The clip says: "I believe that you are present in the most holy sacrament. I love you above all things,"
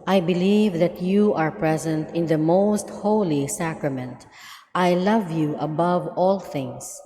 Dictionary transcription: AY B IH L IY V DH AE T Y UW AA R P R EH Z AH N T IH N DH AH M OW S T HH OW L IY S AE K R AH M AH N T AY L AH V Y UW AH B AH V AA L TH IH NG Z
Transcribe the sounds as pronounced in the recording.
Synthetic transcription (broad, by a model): AY B IH L IY V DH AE T Y UW AA R P R EH Z AH N T IH N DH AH M OW S T HH OW L IY S AE K R AH M AH N T AY L AH V Y UW AH B AH V AA L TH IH NG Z